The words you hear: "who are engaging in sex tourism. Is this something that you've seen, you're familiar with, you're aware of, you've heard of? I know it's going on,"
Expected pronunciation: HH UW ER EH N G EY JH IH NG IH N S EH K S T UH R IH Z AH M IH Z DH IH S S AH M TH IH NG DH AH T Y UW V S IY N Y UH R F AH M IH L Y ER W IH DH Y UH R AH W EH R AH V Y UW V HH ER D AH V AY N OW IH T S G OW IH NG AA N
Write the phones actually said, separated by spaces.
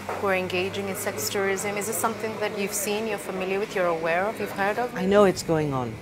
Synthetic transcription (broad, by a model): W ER EH N G EY JH IH NG IH N S EH K S T UH R IH Z AH M IH Z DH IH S S AH M TH IH NG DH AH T Y UW V S IY N Y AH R F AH M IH L Y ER W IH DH Y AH R AH W EH R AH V Y UW V HH ER D AH V AY N OW IH T S G OW IH NG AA N